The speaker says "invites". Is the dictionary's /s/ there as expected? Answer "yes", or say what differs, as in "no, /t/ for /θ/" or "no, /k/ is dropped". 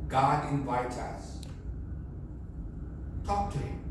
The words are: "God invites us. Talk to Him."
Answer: no, /s/ is dropped